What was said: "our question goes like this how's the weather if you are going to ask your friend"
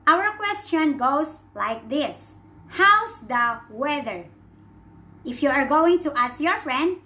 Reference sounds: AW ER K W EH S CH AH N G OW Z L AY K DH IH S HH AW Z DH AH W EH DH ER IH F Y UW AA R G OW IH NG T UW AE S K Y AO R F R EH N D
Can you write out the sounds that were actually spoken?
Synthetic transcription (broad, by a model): AW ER K W EH S CH AH N G OW S L AY K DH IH S HH AW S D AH W EH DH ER IH F Y UW AA R G OW IH NG T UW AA S K Y AO R F R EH N D